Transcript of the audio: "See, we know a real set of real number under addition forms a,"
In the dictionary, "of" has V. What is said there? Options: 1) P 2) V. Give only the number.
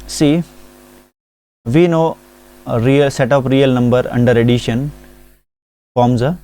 1